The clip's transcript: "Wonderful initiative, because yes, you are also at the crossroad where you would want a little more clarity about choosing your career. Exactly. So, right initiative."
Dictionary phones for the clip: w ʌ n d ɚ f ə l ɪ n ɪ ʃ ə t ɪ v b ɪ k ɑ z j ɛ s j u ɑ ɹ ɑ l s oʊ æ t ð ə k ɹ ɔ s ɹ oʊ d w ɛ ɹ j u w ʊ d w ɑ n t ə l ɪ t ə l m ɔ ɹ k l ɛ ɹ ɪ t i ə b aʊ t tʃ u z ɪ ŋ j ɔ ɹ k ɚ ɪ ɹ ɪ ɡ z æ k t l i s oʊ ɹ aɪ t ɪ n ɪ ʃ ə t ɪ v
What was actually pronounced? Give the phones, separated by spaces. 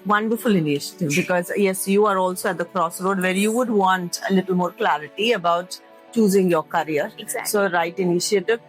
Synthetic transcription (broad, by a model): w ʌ n d ɚ f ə l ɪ n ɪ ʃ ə t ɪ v b ɪ k ɑ z j ɛ s j u ɑ ɹ ɑ l s oʊ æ t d ə k ɹ ɔ s ɹ oʊ d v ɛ ɹ j u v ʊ d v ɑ n t ə l ɪ t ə l m ɔ ɹ k l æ ɹ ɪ t i ə b aʊ t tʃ u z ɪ ŋ j ɔ ɹ k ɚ ɹ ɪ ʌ t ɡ s oʊ ɹ aɪ t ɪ n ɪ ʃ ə t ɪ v